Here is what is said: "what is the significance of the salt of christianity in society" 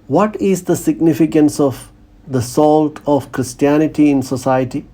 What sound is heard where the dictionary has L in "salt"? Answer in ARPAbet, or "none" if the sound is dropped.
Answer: L